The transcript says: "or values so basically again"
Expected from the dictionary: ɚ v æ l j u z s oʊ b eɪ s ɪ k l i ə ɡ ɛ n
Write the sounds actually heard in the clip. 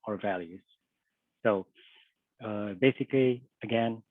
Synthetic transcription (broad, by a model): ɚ v æ l j u z s oʊ b eɪ s ɪ k l i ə ɡ ɛ n